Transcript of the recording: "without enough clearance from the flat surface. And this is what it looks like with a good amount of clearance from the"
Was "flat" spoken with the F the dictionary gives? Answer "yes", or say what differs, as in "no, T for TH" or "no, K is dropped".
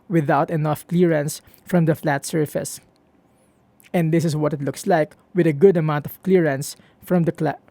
yes